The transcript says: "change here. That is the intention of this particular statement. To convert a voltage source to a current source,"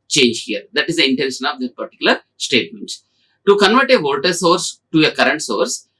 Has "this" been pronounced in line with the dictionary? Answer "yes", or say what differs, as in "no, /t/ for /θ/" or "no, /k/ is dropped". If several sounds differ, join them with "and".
no, /s/ is dropped